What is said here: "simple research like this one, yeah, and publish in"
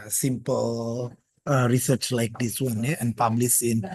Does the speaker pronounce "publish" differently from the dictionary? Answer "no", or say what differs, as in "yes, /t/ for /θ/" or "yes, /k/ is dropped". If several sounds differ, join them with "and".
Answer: yes, /s/ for /ʃ/